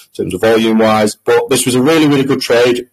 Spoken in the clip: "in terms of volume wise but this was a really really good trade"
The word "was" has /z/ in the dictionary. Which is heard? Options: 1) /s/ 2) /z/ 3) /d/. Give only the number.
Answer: 2